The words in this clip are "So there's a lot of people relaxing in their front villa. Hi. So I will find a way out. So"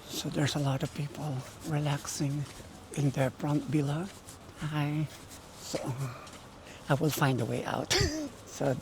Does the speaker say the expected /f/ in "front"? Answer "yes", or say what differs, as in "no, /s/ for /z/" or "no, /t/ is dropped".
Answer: no, /p/ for /f/